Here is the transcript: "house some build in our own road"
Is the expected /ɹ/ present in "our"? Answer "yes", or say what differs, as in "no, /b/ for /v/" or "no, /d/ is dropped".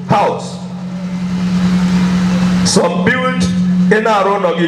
yes